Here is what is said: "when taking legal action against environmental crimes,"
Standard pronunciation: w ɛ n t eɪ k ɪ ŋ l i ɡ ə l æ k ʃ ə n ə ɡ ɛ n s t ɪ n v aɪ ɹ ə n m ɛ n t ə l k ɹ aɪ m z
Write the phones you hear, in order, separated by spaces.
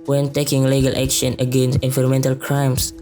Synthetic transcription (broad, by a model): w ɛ n t eɪ k ɪ ŋ l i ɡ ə l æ k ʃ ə n ə ɡ ɛ n s t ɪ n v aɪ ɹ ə m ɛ n t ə l k ɹ aɪ m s